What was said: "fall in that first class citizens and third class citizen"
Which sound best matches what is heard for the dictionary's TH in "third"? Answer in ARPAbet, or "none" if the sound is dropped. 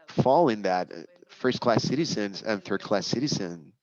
TH